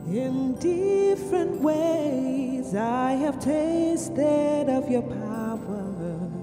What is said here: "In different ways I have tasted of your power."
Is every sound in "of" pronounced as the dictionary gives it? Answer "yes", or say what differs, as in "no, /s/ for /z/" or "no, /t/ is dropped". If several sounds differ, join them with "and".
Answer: yes